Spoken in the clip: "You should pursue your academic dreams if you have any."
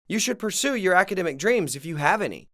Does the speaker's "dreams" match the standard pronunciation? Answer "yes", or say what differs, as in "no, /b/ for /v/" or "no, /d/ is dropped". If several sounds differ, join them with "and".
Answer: yes